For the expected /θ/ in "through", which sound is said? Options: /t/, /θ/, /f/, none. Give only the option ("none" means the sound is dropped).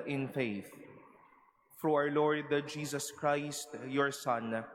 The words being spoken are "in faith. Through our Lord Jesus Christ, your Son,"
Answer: /f/